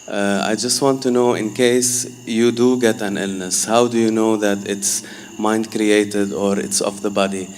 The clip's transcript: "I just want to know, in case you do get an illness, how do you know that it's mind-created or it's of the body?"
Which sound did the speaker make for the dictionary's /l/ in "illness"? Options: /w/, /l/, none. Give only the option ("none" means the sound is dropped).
/l/